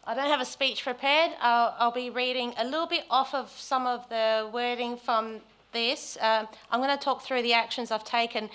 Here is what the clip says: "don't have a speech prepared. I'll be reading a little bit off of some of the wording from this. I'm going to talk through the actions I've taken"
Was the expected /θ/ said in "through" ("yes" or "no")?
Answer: yes